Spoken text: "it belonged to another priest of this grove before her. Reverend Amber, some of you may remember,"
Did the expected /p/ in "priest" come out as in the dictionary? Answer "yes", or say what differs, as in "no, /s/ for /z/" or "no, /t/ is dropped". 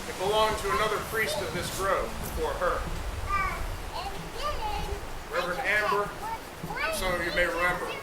yes